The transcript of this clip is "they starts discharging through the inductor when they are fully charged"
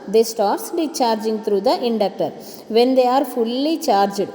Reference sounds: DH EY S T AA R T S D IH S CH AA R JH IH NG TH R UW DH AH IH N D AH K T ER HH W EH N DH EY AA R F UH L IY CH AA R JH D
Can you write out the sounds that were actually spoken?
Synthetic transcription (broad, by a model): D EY S T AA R T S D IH CH AA R JH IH NG T R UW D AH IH N D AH K T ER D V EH N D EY AA R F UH L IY CH AA R JH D